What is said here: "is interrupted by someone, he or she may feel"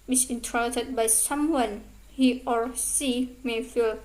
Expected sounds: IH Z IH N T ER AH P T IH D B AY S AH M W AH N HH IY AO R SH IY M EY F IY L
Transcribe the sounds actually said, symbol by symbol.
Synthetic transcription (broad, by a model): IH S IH N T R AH T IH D B AY S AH M W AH N HH IY AO R S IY M EY F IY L